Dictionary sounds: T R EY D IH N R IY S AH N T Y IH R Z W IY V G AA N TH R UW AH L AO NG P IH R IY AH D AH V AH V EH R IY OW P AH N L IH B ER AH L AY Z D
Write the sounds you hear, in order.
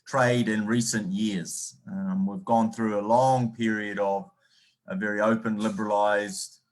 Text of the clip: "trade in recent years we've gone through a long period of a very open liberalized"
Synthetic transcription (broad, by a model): T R EY D IH N R IY S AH N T Y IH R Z W IY V G AA N TH R UW AH L AO NG P IH R IY AH D AH V AH V EH R IY OW P AH N L IH B ER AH L AY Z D